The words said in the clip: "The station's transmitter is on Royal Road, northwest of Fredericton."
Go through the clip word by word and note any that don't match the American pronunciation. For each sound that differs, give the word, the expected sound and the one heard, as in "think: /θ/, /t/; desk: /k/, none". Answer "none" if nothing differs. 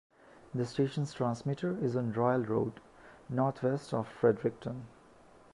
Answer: northwest: /θ/, /t/